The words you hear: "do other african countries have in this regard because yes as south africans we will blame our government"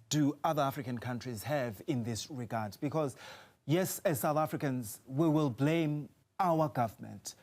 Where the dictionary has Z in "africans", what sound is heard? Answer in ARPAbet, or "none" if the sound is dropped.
Z